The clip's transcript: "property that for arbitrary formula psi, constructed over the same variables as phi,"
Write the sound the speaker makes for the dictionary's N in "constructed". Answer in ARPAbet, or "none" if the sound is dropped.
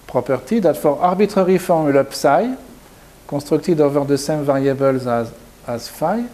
none